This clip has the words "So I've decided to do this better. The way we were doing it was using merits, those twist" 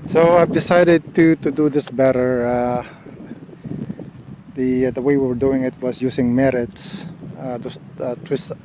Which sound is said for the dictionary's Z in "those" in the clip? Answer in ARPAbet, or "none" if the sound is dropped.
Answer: S